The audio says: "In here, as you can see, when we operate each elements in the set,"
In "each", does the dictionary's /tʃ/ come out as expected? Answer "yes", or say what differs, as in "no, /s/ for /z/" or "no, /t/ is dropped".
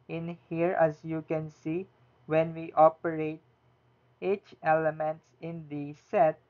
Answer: yes